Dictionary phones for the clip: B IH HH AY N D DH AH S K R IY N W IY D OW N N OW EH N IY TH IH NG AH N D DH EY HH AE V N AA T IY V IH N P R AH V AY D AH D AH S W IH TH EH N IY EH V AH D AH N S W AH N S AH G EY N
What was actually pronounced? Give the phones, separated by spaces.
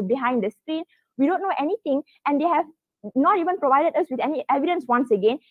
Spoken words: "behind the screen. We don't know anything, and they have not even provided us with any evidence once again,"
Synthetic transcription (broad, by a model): B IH HH AY N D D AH S K R IY N W IY D OW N N OW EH N IY T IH NG AH N D EY HH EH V N AA T IY V IH N P R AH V AY D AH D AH S W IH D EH N IY EH V AH D AH N S W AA N S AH G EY N